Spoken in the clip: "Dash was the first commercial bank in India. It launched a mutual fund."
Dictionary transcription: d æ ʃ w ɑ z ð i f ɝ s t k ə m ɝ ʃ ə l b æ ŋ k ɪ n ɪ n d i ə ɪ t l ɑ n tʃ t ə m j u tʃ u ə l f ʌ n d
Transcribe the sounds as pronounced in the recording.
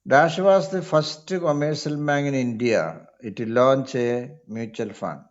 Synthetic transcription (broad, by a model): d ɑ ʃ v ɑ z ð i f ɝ s t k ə m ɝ s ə l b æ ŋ ɪ n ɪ n d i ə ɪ t l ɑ n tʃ ə m j u tʃ u ə l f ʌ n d